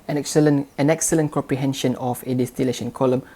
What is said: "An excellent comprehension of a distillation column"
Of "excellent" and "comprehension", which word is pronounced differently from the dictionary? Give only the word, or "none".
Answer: none